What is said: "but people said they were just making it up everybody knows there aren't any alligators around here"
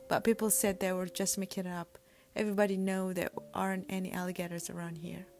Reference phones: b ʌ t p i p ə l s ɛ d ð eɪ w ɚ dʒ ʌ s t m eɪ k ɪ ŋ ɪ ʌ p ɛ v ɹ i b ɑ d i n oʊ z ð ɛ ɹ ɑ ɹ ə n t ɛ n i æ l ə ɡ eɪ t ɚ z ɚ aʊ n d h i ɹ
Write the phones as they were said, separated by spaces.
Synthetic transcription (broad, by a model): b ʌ t p i p l s ɛ d ð eɪ w ɚ dʒ ʌ s t m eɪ k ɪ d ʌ p ɛ v ɹ i b ɑ d i n oʊ ð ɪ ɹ ɑ ɹ ə n t ɛ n i æ l ə ɡ eɪ t ɚ z ɚ aʊ n d h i ɹ